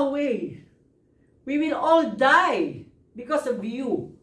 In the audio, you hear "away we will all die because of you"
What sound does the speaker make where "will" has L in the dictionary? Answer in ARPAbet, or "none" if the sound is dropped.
L